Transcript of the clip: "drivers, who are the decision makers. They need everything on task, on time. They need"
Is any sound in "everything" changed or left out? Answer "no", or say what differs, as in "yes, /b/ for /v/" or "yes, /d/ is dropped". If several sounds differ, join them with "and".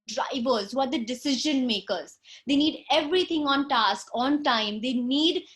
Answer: yes, /t/ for /θ/